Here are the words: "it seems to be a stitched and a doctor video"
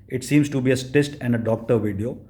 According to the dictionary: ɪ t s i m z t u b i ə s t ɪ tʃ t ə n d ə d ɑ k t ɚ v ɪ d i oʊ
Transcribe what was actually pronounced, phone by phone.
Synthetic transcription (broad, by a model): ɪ t s i m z t u b i ə s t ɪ s t ə n d ə d ɑ k t ɚ v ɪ d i oʊ